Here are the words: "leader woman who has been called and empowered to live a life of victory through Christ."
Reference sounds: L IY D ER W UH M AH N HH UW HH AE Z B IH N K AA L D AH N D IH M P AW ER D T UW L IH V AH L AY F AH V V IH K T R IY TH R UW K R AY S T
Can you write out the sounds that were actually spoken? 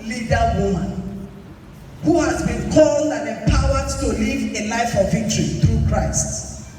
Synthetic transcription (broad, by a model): L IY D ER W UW M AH N HH UW HH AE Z B IH N K AA L D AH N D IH P AW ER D T UW L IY V AH L AY F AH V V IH K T R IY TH R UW K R AY S T